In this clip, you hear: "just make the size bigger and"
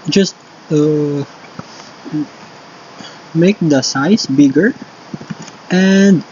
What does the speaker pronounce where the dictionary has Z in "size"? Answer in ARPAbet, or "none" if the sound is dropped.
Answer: S